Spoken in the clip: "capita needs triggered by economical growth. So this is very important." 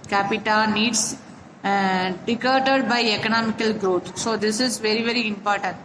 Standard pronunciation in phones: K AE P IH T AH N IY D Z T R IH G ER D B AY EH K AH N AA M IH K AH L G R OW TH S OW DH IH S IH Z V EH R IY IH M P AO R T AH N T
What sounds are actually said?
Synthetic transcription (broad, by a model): K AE P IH T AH N IY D S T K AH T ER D B AY EH K AH N AA M IH K AH L G R OW T S OW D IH S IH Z V EH R IY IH M P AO R T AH N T